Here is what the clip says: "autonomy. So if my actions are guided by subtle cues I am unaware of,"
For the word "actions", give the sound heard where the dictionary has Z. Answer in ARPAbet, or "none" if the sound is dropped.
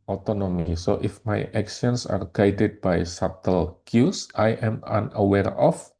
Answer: S